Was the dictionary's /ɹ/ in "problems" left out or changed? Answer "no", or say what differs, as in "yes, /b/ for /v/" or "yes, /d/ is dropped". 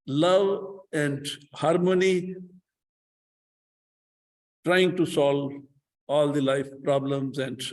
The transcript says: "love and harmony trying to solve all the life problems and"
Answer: no